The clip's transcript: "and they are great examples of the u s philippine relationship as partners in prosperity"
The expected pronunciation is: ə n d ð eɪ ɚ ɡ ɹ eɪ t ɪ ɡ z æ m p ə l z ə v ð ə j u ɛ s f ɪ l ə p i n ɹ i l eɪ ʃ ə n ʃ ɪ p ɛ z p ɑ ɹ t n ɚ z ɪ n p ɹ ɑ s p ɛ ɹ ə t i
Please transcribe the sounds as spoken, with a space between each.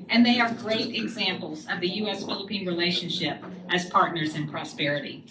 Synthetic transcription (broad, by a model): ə n ð eɪ ɚ ɡ ɹ eɪ t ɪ ɡ z æ m p l z ə v ð ə j u ɛ s f ɪ l ə p i n ɹ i l eɪ ʃ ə n ʃ ɪ p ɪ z p ɑ ɹ t n ɚ z ɪ n p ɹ ɑ s p ɛ ɹ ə t i